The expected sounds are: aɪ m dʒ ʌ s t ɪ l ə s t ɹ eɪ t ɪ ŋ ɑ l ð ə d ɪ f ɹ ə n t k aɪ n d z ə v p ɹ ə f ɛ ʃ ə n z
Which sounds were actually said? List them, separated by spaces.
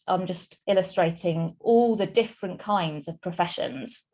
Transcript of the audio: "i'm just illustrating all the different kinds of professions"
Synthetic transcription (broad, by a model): aɪ m dʒ ʌ s t ɪ l ə s t ɹ eɪ t ɪ ŋ ɑ l ð ə d ɪ f ɹ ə n k aɪ n d z ə v p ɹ ə f ɛ ʃ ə n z